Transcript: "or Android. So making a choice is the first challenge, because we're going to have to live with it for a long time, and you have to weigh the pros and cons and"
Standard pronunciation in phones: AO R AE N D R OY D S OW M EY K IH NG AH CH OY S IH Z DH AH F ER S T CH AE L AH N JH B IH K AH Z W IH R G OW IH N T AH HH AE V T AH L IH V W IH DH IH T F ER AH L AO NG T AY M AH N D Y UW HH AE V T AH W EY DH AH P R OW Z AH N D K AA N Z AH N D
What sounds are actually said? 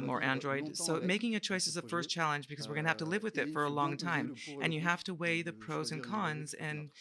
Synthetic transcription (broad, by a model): AO R AE N D R OY D S OW M EY K IH NG AH CH OY S IH Z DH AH F ER S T CH AE L AH N JH B IH K AH Z W IH R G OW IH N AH HH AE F T AH L IH V W IH DH IH T F ER AH L AO NG T AY M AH N Y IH HH AE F T AH W EY DH AH P R OW Z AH N K AA N Z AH N